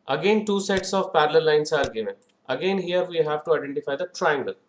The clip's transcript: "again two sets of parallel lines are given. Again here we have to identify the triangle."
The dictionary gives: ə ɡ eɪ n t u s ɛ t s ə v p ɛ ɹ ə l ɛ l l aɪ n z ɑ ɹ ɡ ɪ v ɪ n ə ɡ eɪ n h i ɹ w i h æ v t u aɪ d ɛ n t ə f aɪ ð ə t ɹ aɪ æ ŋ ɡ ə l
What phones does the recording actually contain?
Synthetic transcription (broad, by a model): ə ɡ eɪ n t u s ɛ t s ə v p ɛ ɹ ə l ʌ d l aɪ n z ɑ ɹ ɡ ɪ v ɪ ə ɡ eɪ n h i ɹ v i h æ v t u aɪ d ɛ n t ə f aɪ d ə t ɹ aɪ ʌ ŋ ɡ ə l